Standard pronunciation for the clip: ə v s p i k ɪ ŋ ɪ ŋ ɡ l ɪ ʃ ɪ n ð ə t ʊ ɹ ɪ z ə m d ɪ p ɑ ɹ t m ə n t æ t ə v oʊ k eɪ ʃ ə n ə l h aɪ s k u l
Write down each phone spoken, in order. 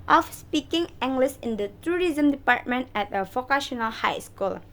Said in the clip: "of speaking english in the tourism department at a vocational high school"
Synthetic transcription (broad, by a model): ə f s p i k ɪ ŋ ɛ ŋ ɡ l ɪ s ɪ n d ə t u ɹ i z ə m d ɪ p ɑ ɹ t m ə n t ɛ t ə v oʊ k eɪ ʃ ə n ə l h aɪ s k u l